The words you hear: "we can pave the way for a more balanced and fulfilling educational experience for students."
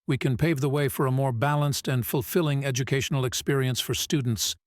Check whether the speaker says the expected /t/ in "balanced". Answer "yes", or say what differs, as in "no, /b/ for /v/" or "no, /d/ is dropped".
yes